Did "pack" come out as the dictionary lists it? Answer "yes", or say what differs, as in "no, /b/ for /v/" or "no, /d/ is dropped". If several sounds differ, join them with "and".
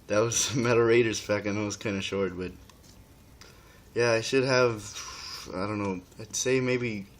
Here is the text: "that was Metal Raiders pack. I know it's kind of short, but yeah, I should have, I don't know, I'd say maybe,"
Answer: no, /f/ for /p/